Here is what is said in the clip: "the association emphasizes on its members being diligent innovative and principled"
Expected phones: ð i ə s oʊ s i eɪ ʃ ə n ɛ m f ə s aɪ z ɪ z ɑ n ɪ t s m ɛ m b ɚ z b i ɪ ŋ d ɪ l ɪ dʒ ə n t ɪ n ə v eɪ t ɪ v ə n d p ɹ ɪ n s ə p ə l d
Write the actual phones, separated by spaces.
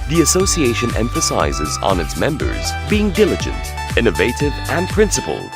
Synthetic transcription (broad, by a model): ð i ə s oʊ s i eɪ ʃ ə n ɛ m f ə s aɪ z ɪ z n ɪ t s m ɛ m b ɚ z b i ɪ ŋ d ɪ l ɪ dʒ ə n t ɪ n ə v eɪ t ɪ v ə n p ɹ ɪ n s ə p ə l